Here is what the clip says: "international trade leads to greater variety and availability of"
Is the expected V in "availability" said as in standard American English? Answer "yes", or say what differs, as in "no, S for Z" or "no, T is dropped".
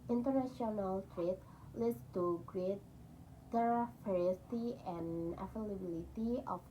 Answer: no, F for V